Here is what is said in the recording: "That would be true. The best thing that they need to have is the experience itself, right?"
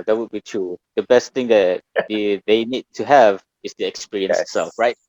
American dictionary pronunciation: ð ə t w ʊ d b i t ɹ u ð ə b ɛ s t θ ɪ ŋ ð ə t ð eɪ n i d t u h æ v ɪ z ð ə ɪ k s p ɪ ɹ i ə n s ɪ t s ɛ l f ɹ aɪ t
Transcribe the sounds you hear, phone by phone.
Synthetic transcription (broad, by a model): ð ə t w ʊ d b i t ɹ u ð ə b ɛ s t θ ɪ ŋ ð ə t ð eɪ n i d t u h æ v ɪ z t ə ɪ k s p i ɹ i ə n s ɪ t s ɛ l f ɹ aɪ t